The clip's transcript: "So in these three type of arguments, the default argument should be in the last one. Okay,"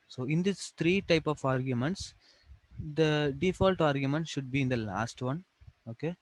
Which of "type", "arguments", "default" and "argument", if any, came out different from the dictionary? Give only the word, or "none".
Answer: none